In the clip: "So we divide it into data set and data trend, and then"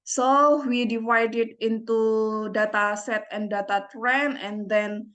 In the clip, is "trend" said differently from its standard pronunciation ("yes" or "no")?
yes